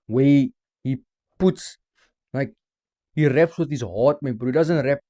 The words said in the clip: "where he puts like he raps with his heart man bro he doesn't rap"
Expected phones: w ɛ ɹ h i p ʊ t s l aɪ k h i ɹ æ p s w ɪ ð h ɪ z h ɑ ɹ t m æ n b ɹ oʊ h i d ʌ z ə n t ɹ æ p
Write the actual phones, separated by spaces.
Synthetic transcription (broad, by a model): w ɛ h i p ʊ t s l aɪ k h i ɹ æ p s w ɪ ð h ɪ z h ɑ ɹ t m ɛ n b oʊ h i d ʌ z ə n t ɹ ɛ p